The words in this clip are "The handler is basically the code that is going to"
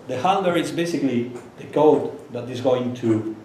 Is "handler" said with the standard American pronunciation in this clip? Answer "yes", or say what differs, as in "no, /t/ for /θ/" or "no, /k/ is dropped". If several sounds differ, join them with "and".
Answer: no, /l/ is dropped